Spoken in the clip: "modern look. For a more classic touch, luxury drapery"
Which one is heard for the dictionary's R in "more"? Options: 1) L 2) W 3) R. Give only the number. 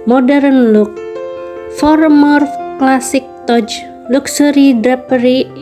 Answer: 3